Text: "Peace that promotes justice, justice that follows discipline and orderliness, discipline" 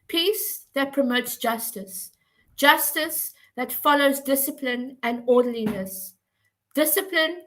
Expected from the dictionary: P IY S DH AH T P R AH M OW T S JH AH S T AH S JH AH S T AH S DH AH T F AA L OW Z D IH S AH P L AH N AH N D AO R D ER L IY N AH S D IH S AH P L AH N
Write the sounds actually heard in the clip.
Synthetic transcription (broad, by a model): P IY S DH AH T P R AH M OW T S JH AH S T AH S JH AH S T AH S DH AH T F AA L OW Z D IH S AH P L AH N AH N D AO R D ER L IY N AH S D IH S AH P L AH N